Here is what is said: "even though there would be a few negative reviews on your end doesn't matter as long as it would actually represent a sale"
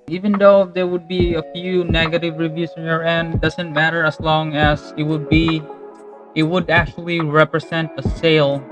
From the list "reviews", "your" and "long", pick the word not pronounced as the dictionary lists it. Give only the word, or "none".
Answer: reviews